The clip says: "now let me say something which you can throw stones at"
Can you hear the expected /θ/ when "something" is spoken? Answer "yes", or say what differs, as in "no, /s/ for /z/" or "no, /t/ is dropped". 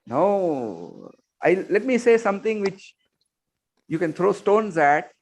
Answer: no, /t/ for /θ/